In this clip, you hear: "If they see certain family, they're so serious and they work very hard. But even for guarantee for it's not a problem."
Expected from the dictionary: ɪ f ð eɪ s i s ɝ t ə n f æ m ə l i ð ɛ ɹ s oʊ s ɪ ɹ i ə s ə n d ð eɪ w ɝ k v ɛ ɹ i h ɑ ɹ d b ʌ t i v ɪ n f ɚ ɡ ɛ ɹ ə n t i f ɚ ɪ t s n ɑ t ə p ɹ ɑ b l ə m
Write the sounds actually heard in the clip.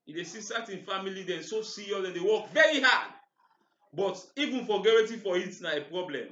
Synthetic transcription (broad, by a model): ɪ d eɪ s i s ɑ t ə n f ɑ m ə l i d ɛ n s oʊ s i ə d ə n d eɪ w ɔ k v ɛ ɹ i h ɑ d b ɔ t i v ɪ n f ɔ ɡ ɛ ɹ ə t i f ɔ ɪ t n ɑ ə p ɹ ɑ b l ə m